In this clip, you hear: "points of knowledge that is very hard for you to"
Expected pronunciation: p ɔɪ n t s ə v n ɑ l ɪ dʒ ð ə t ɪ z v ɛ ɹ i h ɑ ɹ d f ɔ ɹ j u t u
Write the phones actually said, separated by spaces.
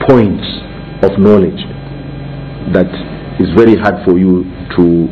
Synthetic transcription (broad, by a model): p ɔɪ n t s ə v n ɑ l ɪ dʒ ð ə t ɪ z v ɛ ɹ i h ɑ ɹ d f ɔ ɹ j u t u